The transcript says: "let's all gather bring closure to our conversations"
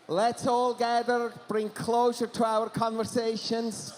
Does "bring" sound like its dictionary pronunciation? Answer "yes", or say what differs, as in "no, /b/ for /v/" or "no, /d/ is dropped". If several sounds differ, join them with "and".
yes